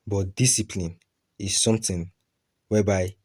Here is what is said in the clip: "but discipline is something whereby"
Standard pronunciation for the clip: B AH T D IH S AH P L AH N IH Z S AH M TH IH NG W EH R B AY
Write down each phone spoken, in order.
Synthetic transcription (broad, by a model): B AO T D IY S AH P L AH N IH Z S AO M T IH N W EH B AY